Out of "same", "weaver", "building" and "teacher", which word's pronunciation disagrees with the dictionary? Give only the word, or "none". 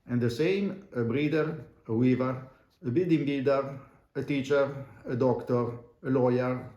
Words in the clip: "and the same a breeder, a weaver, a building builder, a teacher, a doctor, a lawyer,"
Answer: building